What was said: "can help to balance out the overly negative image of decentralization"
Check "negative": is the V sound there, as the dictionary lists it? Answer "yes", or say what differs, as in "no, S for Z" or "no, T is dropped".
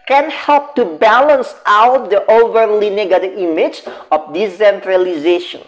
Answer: no, V is dropped